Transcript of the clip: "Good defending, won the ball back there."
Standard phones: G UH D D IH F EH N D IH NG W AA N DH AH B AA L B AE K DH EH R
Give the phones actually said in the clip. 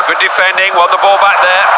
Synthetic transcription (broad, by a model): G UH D D IH F EH N D IH NG W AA L DH AH B AA L B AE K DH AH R